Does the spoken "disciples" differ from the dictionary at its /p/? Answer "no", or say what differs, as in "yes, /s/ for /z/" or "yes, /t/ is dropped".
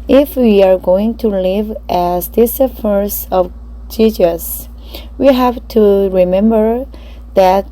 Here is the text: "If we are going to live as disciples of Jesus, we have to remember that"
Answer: yes, /f/ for /p/